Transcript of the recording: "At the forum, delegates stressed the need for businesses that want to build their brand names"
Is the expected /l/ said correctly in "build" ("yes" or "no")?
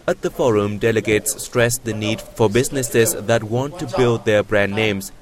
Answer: yes